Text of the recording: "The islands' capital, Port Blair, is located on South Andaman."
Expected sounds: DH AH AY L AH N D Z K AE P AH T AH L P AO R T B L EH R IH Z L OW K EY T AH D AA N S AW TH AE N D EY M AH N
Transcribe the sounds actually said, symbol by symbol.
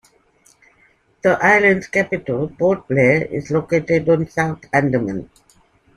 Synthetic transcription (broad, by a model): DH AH AY L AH N D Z K AE P AH T AH L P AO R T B L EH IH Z L OW K EY T AH D AA N S AW T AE N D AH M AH N